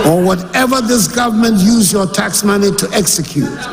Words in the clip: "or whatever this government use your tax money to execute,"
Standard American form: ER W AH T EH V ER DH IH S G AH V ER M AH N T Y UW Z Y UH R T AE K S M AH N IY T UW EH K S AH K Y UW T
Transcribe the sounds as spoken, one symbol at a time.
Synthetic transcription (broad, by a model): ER W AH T EH V ER DH IH S G AH V ER M AH N T Y UW Z Y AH R T AE K S M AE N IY T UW EH K S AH K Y UW T